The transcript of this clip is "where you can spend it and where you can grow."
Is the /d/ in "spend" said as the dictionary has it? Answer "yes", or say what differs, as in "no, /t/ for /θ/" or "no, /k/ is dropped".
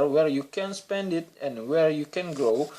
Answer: yes